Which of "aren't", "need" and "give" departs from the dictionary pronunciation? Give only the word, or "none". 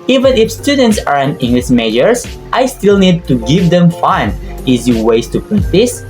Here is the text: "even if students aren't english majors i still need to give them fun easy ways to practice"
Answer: aren't